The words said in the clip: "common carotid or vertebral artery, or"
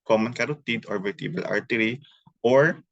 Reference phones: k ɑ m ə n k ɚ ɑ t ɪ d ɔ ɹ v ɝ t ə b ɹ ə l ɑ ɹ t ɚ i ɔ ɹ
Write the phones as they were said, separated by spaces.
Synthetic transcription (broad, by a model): k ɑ m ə n k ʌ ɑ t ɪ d ɔ ɹ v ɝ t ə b ə l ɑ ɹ t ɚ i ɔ ɹ